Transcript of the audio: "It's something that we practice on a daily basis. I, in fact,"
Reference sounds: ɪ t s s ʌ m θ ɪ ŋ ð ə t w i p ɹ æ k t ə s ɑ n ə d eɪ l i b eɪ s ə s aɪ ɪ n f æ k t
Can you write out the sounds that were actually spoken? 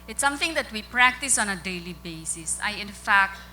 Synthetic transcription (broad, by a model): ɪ t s s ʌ m t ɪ ŋ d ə t w i p ɹ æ k t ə s ɑ n ə d eɪ l i b eɪ s ə s aɪ ɪ n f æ k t